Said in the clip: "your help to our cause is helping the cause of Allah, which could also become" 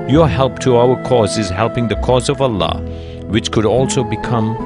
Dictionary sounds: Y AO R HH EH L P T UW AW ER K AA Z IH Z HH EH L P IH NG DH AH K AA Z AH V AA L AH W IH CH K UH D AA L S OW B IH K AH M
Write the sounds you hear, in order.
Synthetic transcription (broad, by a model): Y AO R HH EH L P T UW AW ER K AA Z IH Z HH EH L P IH NG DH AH K AA Z AH V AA L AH W IH CH K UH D AA L S OW B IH K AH M